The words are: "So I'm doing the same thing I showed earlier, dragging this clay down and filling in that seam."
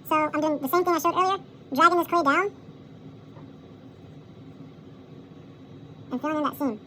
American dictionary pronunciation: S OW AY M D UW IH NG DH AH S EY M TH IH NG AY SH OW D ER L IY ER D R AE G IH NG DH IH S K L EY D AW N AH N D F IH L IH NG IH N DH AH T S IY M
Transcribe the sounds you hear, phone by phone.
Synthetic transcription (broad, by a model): S OW AY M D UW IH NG DH AH S EY M TH IH NG AY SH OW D ER IY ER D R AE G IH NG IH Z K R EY D AW N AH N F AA IH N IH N DH AH T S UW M